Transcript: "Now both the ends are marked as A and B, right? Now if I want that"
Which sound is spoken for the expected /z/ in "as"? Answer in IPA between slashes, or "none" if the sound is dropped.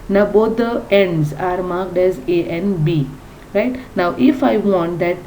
/z/